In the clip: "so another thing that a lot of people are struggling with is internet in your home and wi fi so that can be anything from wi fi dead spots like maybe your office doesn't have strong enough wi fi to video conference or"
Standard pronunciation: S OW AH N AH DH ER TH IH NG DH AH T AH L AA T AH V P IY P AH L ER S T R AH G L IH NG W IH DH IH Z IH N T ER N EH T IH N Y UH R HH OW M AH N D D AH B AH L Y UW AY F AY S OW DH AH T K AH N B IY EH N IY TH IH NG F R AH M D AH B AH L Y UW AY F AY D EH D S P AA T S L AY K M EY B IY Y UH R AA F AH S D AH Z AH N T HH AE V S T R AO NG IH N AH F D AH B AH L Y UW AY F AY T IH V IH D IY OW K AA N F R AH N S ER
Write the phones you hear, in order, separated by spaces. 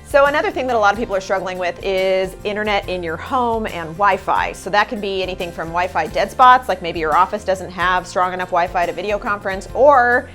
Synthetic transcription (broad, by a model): S OW AH N AH DH ER TH IH NG DH AH T AH L AA T AH V P IY P L ER S T R AH G L IH NG W IH DH IH Z IH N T ER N EH T IH N Y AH R HH OW M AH N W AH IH F AY S OW DH AH T K AH N B IY EH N IY TH IH NG F R AH M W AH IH F AY D EH D S P AA T S L AY K M EY B IY Y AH R AA F AH S D AH Z AH N T HH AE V S T R AO NG IH N AH F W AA AH F AY T IH V IH D IY OW K AA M F R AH N S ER